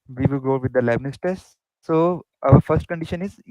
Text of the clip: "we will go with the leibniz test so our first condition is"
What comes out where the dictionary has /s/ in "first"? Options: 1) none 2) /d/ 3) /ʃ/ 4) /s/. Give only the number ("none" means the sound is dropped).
4